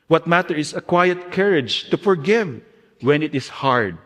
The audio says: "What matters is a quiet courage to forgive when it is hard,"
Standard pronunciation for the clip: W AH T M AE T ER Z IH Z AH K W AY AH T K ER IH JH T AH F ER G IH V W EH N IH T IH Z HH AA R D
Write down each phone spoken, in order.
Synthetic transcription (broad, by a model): W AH T M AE T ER IH S AH K W AY AH T K ER IH JH T AH F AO G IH V W EH N IH T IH S HH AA R D